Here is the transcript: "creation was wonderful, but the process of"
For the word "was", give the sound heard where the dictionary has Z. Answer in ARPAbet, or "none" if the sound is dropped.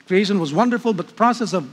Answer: Z